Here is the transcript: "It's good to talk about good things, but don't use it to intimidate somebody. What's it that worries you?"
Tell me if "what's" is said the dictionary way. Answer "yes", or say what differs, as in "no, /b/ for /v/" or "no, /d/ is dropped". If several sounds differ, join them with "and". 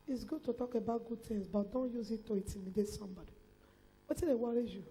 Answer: no, /s/ is dropped